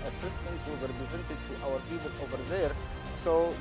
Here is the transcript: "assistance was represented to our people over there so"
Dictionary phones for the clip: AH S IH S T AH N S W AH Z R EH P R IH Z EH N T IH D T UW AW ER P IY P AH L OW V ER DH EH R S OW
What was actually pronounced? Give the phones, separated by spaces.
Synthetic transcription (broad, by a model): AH S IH S T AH N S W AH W R EH P R IH Z EH N T IH D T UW AW ER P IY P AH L OW V ER DH EH R S OW